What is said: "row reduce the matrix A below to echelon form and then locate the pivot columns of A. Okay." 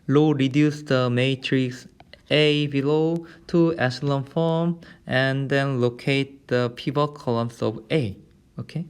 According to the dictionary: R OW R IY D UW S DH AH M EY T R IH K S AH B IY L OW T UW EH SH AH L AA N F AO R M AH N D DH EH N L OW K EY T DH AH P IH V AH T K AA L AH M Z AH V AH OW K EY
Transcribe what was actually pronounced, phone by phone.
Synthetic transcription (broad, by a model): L OW R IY D UW S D AH M EY T R IH K S AH B IY L OW T UW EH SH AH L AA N F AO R M AH N D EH N L OW K EY T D AH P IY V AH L K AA L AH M S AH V AH OW K EY